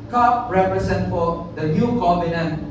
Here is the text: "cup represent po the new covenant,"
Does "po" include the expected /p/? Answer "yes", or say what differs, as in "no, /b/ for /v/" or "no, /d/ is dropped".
no, /f/ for /p/